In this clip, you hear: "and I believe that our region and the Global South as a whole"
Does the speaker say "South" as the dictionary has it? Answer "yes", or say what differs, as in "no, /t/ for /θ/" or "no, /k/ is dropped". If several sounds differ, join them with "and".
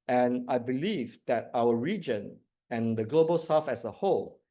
no, /f/ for /θ/